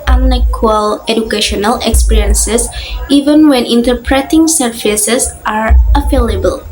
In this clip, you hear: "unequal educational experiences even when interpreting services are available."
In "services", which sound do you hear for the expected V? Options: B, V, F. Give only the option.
F